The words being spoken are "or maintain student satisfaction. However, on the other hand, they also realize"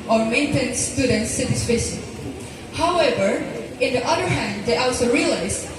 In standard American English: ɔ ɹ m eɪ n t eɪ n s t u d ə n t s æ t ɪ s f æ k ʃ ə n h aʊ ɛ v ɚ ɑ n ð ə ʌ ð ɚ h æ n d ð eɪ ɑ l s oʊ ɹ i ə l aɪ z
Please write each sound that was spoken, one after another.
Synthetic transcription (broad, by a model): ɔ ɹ m eɪ n t eɪ n s t u d ə n t s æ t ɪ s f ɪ ʃ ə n h aʊ ɛ v ɚ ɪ n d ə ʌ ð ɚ h æ n d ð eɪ ɑ l s oʊ ɹ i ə l aɪ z